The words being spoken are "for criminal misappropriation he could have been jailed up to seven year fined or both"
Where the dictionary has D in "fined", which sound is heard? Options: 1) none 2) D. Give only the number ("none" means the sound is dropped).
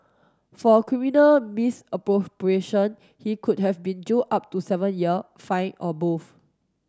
1